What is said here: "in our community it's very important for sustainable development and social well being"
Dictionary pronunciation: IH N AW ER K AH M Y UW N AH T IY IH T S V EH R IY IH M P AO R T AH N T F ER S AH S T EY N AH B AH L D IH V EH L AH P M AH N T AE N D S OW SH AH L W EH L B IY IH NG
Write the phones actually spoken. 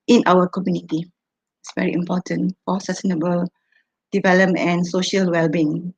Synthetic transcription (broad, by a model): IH N AW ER K AH M Y UW N AH T IY IH T S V EH R IY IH M P AO T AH N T F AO S AH S T EY N AH B AH L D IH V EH L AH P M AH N N S OW SH AH L W EH L B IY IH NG